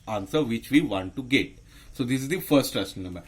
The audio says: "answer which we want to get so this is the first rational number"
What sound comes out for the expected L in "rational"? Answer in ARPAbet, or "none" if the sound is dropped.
N